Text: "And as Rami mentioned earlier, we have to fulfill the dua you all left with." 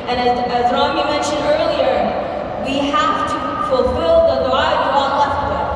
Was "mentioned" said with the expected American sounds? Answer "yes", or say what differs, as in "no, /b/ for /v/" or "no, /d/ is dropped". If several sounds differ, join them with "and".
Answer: yes